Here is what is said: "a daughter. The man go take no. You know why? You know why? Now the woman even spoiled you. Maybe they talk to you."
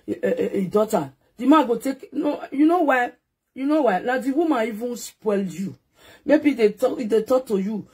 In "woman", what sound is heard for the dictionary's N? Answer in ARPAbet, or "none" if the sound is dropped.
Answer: none